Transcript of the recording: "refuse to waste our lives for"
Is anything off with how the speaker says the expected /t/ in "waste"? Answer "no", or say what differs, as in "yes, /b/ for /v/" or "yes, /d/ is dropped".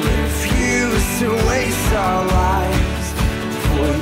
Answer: yes, /t/ is dropped